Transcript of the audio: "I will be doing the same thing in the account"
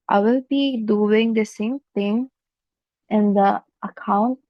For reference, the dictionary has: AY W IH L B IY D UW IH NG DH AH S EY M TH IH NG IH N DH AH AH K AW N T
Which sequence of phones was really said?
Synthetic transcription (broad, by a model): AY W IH L B IY D UW IH NG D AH S EY M T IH NG IH N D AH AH K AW N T